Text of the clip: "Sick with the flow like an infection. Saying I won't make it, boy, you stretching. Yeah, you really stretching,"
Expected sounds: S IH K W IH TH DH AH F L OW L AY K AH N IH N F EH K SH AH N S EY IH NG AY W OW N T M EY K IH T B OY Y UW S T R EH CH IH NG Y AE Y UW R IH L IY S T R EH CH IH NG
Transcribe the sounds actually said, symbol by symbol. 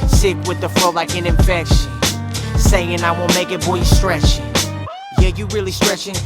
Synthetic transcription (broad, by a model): S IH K W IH DH AH F OW L AY K AH N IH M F EH K SH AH N S EY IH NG AY W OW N M EY K IH T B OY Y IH S T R EH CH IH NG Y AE Y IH R IH L IY S T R EH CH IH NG